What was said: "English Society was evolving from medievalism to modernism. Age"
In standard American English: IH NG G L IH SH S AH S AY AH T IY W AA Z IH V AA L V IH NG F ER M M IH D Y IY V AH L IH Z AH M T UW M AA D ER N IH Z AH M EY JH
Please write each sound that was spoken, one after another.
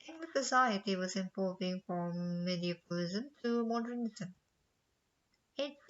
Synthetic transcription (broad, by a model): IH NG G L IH S AH S AY AH T IY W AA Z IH P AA V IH NG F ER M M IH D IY P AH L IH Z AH M T UW M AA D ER N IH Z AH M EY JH